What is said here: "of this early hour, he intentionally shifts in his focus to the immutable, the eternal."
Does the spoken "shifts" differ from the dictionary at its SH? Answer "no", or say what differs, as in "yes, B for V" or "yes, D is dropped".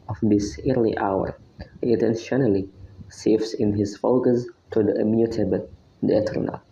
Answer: yes, S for SH